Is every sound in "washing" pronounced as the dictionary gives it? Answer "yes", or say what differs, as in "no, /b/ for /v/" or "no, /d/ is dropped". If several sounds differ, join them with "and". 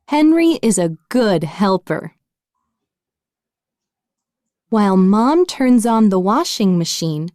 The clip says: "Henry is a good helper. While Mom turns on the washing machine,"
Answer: yes